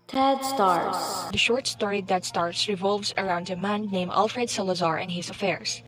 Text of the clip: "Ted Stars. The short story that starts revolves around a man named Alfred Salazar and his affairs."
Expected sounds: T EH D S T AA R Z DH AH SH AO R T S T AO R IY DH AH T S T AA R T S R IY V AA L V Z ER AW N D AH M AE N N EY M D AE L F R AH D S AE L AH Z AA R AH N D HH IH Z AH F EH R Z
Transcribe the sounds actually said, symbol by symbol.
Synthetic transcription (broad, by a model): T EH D S T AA R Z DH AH SH AO R T S T AO R IY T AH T S T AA R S R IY V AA L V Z ER AW N D AH M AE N N EY M AE L F R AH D S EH L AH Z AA R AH N HH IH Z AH F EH R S